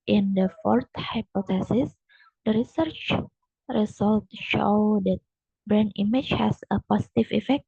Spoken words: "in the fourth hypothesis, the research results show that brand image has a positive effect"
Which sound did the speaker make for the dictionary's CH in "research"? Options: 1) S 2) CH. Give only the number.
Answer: 2